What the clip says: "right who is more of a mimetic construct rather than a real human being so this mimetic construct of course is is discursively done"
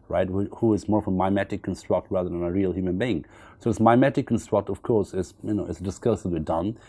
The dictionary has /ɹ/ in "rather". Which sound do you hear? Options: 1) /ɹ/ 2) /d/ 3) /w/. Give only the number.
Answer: 1